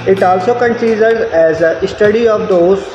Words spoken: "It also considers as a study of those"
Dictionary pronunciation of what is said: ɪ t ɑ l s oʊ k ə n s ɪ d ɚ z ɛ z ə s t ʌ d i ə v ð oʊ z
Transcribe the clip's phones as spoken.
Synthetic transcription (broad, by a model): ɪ t ɑ l s oʊ k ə n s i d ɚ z ɛ z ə s t ʌ d i ə v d oʊ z